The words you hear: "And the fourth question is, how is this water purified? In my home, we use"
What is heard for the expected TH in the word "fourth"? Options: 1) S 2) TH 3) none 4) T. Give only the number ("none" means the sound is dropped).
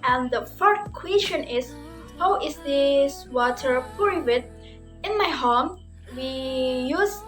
1